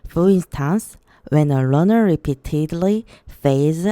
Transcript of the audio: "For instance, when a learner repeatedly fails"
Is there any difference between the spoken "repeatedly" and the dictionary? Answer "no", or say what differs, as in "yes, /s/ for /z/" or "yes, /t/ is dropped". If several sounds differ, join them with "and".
no